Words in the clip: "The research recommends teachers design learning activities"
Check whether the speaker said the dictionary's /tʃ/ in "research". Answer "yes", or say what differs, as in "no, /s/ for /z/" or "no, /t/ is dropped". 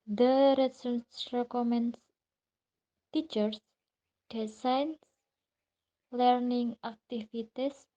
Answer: no, /s/ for /tʃ/